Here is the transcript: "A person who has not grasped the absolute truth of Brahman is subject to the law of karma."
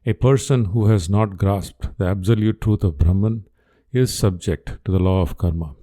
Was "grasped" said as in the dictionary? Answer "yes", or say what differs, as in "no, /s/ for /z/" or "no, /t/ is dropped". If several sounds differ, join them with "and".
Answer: yes